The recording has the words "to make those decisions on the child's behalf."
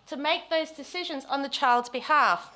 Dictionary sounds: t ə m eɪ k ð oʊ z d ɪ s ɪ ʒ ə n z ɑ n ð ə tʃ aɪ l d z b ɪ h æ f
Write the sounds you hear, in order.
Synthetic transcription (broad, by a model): t ə m eɪ k ð oʊ z d ɪ s ɪ ʒ ə n z n ð ə tʃ aɪ l d z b ɪ h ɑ f